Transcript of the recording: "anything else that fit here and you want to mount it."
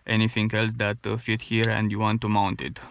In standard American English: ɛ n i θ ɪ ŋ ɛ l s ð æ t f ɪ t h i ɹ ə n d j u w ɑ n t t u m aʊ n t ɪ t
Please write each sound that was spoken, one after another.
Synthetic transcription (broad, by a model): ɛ n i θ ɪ ŋ ɛ l s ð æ t f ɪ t h i ɹ ə n d j u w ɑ n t t u m aʊ n t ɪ t